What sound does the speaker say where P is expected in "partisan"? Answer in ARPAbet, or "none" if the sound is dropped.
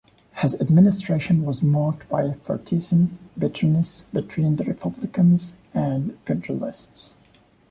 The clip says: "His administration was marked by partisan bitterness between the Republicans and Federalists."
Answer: F